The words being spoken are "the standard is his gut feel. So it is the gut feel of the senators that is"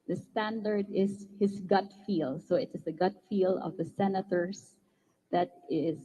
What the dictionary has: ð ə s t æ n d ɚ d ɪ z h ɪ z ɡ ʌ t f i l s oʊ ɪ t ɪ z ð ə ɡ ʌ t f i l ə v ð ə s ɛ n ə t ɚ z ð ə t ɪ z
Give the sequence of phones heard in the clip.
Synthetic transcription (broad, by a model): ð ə s t æ n d ɚ d ɪ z h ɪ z ɡ ʌ t f i l s oʊ ɪ t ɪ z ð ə ɡ ʌ t f i l ə v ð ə s ɛ n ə t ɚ s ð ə t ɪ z